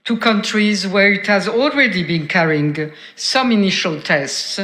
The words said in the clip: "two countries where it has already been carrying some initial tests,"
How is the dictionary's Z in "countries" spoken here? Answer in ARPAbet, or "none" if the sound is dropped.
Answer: Z